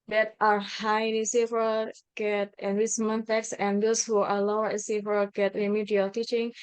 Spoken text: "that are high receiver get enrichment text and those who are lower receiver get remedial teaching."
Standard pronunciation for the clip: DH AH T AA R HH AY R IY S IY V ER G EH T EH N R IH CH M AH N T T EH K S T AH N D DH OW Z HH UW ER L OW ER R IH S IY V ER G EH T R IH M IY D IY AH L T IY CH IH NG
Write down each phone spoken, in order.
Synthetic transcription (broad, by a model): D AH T AA R HH AY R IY S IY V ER G EH T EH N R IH S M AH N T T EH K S AH N D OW S HH UW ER L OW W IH S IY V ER G EH T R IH M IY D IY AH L T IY CH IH NG